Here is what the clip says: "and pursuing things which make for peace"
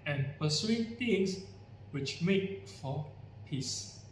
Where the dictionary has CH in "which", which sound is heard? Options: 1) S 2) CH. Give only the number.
2